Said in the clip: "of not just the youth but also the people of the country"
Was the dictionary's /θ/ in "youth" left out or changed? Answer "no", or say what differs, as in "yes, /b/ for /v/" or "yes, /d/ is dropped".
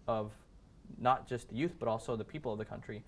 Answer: no